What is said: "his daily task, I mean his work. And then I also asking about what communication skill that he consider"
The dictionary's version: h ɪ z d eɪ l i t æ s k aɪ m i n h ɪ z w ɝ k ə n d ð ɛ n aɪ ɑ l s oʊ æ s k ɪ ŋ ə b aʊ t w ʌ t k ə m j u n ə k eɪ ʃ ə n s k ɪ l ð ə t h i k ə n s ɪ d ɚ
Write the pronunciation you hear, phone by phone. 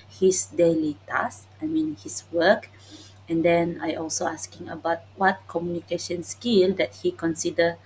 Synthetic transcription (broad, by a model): h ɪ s d eɪ l i t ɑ s aɪ m i n h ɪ s w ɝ k ə n d ɛ n aɪ ɑ l s oʊ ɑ s k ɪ ŋ ə b aʊ t w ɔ t k ə m j u n ə k eɪ ʃ ə n s k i l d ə t h i k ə n s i d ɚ